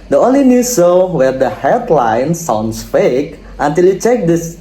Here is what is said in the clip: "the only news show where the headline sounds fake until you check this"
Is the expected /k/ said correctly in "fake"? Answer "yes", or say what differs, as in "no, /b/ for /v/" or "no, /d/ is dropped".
yes